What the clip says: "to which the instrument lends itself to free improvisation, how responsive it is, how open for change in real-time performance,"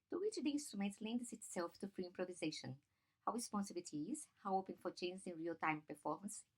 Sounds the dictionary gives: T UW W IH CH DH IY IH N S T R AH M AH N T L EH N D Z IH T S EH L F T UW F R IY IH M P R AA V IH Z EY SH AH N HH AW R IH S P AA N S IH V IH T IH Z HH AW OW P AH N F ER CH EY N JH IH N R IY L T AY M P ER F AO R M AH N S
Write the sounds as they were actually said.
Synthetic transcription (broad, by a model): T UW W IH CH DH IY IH N S T R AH M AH N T L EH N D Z IH T S EH L F T UW F R IY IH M P R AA V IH Z EY SH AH N HH AW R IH S P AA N S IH B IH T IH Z HH AW OW P AH N F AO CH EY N Z IH N R IY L T AY M P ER F AO R M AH N S